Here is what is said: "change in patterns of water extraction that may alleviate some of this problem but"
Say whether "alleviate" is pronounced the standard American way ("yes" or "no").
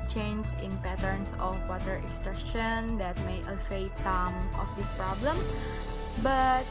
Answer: no